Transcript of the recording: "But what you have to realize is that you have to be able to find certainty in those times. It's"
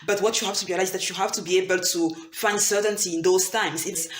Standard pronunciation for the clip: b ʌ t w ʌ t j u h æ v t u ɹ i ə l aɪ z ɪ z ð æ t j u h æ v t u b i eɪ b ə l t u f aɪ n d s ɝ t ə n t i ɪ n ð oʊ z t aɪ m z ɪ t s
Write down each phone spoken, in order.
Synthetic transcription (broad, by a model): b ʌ t w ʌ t j u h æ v t u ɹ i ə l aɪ ɪ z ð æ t j u h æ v t u b i eɪ b ə l t u f aɪ n d s ɝ t ə n t i ɪ n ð oʊ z t aɪ m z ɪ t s